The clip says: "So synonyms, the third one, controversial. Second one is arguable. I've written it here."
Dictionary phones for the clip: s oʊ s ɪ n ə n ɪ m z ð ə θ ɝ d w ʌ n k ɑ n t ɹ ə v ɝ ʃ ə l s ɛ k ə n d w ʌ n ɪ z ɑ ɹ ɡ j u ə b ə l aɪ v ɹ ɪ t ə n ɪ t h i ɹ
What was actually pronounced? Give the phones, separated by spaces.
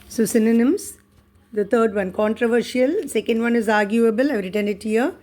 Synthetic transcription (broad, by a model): s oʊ s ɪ n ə n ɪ m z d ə t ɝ d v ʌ n k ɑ n t ɹ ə v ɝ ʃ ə l s ɛ k ə n d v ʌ n ɪ z ɑ ɹ ɡ j u ə b ə l aɪ v ɹ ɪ t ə n ɪ t h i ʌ